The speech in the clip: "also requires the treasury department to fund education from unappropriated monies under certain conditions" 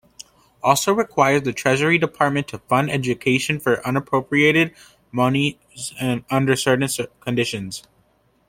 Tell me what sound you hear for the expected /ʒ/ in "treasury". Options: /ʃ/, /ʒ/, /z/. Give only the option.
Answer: /ʒ/